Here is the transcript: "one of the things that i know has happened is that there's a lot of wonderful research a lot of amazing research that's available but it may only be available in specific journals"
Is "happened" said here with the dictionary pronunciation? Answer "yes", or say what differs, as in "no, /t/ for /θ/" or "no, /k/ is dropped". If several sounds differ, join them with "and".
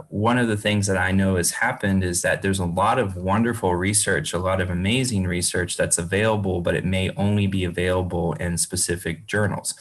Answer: yes